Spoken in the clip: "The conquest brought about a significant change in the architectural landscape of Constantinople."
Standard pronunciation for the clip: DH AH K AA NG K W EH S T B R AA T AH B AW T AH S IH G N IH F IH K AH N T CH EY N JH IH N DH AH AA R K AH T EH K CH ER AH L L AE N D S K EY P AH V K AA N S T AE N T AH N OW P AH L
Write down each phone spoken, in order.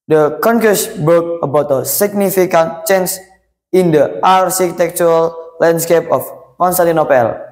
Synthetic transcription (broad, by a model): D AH K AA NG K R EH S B AA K AH B AW T AH S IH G N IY F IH K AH N T CH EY N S IH N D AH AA R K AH T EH K CH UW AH L L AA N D S K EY P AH F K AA N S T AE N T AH N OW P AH L